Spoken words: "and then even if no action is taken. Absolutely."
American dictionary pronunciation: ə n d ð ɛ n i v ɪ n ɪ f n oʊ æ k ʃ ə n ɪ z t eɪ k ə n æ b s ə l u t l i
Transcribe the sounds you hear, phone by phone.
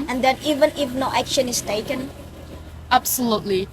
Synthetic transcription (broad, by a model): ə n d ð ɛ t i v ɪ n ɪ f n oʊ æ k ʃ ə n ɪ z t eɪ k ə n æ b s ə l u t l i